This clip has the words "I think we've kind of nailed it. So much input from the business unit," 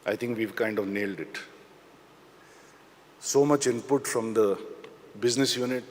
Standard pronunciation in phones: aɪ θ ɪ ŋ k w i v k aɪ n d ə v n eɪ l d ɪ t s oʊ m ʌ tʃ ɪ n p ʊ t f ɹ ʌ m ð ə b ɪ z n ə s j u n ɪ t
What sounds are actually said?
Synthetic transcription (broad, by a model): aɪ t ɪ ŋ k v i v k aɪ n d ə v n eɪ l d ɪ t s oʊ m ʌ tʃ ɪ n p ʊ t f ɹ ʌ m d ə b ɪ z n ə s j u n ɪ t